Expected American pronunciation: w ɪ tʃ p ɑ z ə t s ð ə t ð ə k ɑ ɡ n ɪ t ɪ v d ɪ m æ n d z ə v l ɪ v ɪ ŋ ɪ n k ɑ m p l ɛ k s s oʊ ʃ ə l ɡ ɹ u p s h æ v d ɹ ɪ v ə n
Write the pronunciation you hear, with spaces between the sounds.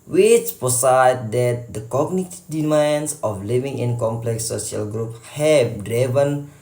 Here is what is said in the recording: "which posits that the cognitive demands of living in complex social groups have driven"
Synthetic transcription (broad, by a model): w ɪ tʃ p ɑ s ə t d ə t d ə k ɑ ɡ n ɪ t d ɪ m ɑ n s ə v l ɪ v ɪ ŋ ɪ n k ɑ m p l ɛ k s s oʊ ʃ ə l ɡ ɹ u p h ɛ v d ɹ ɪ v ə n